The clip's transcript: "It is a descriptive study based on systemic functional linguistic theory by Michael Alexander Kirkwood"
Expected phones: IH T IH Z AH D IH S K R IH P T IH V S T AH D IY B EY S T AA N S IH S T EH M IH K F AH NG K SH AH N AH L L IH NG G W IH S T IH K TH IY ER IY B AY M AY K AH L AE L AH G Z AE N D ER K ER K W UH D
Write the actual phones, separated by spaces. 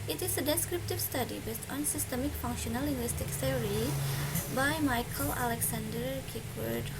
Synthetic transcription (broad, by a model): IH T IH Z AH D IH S K R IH P T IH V S T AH D IY B EY S T AA N S IH S T EH M IH K F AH NG K SH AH N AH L L IH NG G W IH S T IH K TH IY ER IY B AY M AY K AH L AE L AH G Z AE N D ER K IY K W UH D